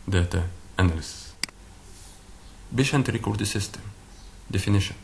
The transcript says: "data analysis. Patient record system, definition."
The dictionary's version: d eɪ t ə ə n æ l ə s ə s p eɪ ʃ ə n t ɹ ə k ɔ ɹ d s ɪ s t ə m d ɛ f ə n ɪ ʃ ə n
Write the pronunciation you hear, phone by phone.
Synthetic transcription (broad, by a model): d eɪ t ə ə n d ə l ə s b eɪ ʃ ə n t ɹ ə k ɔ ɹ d s ɪ s t ə m d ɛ f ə n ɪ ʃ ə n